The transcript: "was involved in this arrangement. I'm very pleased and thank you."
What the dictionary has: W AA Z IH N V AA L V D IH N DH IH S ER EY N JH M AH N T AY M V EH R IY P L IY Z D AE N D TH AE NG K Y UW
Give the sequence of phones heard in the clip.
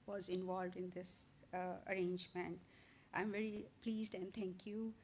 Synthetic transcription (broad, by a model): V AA Z IH N V AA L V D IH N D IH S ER EY N JH M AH N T AY M V EH R IY P L IY Z D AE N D T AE NG K Y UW